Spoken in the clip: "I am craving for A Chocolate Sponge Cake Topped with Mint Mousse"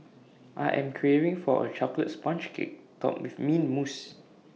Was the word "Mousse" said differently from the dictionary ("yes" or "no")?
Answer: no